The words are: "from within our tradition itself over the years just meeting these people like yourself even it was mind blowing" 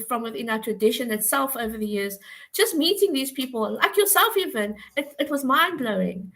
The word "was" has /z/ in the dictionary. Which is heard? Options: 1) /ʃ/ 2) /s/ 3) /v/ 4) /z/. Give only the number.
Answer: 4